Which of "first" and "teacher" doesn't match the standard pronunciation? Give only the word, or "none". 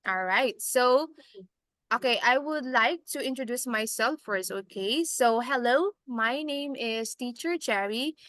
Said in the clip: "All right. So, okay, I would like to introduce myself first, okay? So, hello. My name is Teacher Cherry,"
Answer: first